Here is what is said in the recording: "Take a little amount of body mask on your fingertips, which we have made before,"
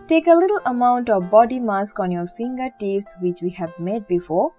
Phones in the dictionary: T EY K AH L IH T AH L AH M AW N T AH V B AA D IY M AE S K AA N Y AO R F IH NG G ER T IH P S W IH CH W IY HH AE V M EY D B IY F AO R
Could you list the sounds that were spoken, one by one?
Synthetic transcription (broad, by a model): T EY K AH L IH T AH L AH M AW N T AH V B AA D IY M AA S K AA N Y AO R F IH NG G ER T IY F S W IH CH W IY HH AE V M EY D B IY F AO R